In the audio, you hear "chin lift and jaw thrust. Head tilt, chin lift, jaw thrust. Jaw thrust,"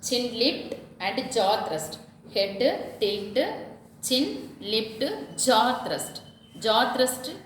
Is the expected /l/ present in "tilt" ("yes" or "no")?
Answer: no